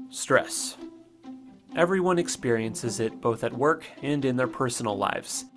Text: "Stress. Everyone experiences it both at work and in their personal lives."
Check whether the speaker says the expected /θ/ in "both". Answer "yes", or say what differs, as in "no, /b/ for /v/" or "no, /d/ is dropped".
yes